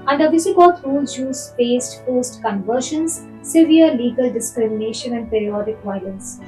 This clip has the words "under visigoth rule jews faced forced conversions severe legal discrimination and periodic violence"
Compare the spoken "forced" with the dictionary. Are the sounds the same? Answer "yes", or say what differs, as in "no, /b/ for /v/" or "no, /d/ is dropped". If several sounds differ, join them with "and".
no, /p/ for /f/